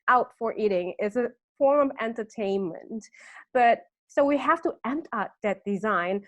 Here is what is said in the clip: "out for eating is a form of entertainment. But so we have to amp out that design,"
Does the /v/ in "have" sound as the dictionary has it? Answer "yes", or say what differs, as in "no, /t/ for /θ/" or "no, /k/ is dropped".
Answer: no, /f/ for /v/